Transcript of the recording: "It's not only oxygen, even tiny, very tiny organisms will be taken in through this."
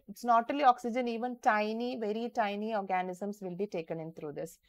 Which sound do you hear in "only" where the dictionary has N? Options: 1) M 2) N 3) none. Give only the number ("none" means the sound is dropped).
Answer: 3